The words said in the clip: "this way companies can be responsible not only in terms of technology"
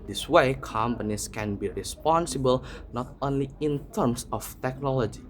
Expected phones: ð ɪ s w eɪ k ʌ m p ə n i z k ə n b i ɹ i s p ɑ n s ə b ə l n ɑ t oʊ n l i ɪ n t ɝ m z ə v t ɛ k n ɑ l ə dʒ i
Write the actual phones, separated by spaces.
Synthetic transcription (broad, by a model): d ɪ s w eɪ k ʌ m p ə n i s k ə n b i ɹ i s p ɑ n s ə b ə l n ɑ t oʊ n l i ɪ n t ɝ m s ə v t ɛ k n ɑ l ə dʒ i